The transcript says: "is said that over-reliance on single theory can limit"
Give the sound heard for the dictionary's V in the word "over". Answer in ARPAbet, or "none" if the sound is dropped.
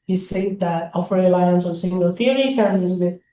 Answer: F